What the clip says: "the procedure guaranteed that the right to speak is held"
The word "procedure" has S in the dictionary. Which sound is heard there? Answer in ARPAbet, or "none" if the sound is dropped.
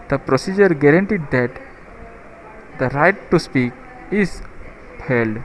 S